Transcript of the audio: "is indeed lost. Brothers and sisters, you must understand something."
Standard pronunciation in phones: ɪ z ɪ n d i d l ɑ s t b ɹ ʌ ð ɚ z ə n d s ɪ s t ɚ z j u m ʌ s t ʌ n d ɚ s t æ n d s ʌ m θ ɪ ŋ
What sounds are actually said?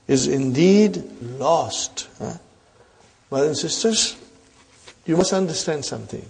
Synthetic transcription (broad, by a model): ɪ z ɪ n d i d l ɑ s t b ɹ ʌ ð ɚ ə n s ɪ s t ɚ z j u m ʌ s t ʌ n d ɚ s t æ n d s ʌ m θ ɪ ŋ